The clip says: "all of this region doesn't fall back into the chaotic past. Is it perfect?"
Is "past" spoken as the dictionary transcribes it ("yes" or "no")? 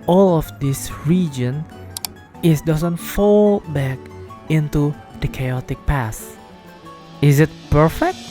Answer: no